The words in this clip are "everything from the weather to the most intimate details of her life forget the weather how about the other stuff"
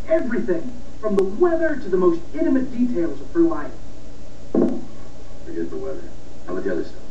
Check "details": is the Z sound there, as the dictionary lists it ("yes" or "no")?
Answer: yes